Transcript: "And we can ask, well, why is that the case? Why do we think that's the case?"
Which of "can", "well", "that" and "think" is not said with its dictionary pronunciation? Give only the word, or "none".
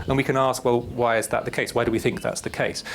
none